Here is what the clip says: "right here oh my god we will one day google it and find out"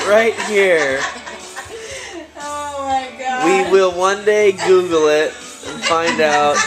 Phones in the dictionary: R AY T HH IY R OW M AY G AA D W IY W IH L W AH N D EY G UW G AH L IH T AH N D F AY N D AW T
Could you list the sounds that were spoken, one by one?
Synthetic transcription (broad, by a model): R AY T HH IY R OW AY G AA W IY W IH L W AH N D EY G UW G L IH T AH N F AY N D AW T